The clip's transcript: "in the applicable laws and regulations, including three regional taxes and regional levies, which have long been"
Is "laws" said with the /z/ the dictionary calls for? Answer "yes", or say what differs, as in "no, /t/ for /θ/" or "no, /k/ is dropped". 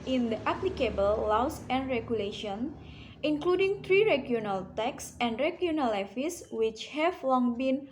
no, /s/ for /z/